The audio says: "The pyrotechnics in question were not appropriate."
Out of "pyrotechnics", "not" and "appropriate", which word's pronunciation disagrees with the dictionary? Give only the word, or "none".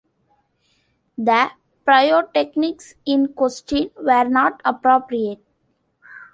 pyrotechnics